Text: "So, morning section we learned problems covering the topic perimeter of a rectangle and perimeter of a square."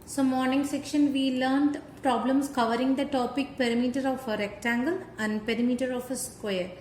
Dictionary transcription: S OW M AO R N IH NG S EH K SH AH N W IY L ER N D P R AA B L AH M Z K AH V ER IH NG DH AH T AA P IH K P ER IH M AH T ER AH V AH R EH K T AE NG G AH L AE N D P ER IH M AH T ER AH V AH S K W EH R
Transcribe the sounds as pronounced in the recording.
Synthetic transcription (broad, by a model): S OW M AO R N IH NG S EH K SH AH N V IY L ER N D P R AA B L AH M S K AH V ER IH NG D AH T AA P IH K P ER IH M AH T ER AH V AH R EH K T AE NG G AH L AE N D P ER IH M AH T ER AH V AH S K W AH R